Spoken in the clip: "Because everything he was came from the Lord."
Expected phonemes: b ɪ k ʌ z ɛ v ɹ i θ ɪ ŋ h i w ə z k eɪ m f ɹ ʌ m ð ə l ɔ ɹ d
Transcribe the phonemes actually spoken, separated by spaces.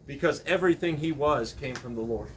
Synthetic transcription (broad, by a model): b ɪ k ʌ z ɛ v ɹ i θ ɪ ŋ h i w ə z k eɪ m f ɹ ʌ m ð ə l ɔ ɹ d